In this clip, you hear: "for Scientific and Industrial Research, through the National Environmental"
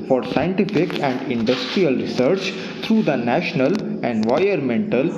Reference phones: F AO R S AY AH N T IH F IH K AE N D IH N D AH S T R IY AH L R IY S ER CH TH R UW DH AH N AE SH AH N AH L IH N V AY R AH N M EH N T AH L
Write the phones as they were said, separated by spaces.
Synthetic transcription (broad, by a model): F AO R S AY AH N T IH F IH K AE N D IH N D AH S T R IY AH L R IY S ER CH T R UW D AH N AE SH AH N AH L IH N V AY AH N M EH N T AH L